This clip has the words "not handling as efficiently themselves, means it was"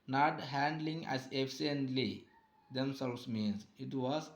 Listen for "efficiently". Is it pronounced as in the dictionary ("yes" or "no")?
no